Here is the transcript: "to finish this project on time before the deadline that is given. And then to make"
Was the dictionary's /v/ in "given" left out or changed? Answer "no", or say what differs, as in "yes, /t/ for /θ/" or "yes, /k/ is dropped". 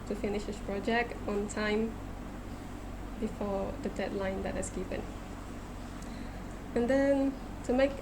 yes, /p/ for /v/